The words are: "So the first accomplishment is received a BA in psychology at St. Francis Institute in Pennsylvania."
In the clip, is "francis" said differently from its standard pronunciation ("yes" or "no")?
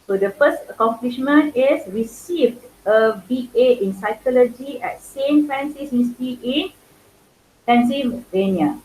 yes